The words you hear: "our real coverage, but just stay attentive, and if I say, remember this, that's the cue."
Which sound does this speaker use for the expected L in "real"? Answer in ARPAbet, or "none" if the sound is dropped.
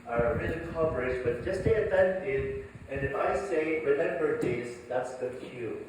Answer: N